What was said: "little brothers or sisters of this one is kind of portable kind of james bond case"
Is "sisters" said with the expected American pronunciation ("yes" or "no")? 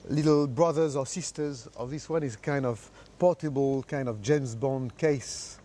yes